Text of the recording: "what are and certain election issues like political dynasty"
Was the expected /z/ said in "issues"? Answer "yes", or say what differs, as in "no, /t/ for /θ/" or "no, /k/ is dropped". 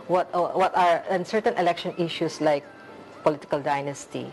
no, /s/ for /z/